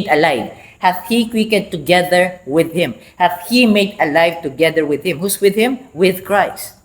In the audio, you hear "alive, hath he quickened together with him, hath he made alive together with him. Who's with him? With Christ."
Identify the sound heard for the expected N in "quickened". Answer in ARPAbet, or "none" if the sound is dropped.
none